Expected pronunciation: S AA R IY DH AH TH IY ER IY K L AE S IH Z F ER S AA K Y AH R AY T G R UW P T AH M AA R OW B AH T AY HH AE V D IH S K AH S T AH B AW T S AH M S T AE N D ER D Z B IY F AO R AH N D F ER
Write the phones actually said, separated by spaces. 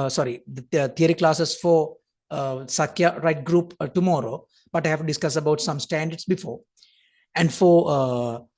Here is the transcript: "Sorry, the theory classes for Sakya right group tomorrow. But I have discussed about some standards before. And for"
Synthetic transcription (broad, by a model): S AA R IY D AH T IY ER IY K L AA S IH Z F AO S AA K Y AH R AY T G R UW P T AH M AA R OW B AH T AY HH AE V D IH S K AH S AH B AW T S AH M S T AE N D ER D S B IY F AO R AH N D F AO